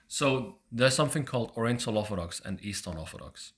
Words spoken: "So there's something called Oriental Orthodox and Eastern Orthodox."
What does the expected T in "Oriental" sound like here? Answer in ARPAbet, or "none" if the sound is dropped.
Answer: S